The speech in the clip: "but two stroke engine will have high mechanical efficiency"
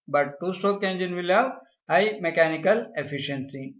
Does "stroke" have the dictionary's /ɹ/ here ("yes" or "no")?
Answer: no